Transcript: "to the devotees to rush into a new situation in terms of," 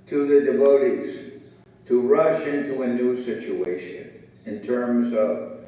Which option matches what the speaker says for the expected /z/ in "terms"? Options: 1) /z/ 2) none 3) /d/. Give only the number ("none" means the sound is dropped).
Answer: 1